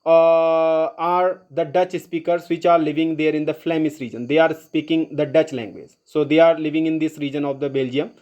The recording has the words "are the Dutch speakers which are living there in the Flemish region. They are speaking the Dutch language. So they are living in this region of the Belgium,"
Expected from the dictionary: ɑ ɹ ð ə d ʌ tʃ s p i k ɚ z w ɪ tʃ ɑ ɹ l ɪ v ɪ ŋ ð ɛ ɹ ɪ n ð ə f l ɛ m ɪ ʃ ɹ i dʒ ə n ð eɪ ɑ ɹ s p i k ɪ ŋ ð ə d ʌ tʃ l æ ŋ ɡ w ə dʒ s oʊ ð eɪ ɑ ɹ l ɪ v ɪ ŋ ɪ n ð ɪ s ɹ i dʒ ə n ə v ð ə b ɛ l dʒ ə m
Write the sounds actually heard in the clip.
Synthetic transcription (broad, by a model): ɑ ɹ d ə d ʌ tʃ s p i k ɚ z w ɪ tʃ ɑ ɹ l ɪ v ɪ ŋ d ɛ ɹ ɪ n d ə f l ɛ m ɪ s ɹ i dʒ ə n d eɪ ɑ ɹ s p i k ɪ ŋ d ə d ʌ tʃ l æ ŋ ɡ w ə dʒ s oʊ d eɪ ɑ ɹ l ɪ v ɪ ŋ ɪ n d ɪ s ɹ i dʒ ə n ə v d ə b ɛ l dʒ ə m